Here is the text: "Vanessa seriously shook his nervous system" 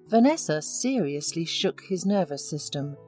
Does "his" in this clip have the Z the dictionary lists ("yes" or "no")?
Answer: yes